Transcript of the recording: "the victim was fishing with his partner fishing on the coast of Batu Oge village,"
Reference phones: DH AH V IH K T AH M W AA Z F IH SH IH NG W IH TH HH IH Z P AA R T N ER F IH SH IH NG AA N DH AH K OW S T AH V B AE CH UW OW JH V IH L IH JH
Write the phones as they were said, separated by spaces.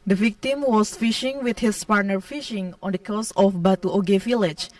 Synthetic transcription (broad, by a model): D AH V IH K T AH M W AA S F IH SH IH NG W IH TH HH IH S P AA R T N ER F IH SH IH NG AA N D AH K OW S AH F B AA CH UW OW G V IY L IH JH